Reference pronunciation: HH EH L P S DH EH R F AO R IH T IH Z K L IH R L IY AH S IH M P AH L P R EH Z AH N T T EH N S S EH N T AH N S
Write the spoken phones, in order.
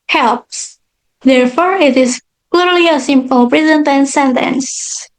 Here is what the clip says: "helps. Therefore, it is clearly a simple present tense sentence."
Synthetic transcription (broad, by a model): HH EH L P S DH EH R F AO R IH T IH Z K L IH R L IY AH S IH M P AH L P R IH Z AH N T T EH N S S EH N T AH N S